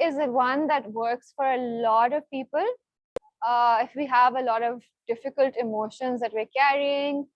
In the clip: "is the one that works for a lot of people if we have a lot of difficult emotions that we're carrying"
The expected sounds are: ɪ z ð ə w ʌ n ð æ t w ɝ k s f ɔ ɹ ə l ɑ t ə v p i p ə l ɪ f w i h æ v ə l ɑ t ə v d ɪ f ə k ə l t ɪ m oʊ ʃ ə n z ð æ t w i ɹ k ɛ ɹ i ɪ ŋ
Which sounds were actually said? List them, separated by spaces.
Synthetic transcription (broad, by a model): ɪ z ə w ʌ n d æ t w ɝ k s f ɔ ɹ ə l ɑ t ə v p i p ə l ɪ f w i h æ v ə l ɑ t ə v d ɪ f ə k ə l t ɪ m oʊ ʃ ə n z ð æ t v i ɹ k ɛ ɹ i ɪ ŋ